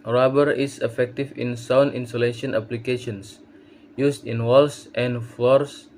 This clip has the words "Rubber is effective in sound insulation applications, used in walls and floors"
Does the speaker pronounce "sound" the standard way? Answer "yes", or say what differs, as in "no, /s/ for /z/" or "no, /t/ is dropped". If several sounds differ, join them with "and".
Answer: no, /d/ is dropped